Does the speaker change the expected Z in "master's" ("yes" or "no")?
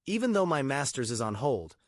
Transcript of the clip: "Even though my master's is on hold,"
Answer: no